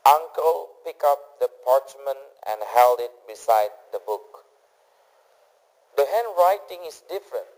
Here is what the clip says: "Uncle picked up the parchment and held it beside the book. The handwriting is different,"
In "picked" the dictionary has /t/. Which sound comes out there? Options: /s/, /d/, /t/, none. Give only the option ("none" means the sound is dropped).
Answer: none